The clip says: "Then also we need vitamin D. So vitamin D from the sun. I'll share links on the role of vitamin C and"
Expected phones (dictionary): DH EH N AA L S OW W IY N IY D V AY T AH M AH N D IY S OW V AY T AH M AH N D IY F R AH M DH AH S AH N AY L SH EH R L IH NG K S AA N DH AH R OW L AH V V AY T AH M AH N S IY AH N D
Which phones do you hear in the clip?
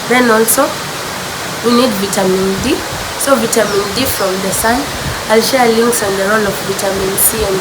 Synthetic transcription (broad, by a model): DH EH N AA L S OW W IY N IY D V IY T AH M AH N D IY S OW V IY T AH M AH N D IY F R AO M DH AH S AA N AY L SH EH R L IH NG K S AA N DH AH R OW L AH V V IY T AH M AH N S IY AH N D